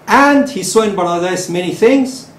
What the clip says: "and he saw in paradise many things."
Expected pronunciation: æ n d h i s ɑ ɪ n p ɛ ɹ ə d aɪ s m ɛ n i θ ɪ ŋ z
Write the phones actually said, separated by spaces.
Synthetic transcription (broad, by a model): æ n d h i s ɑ ɪ n b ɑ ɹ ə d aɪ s m ɛ n i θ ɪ ŋ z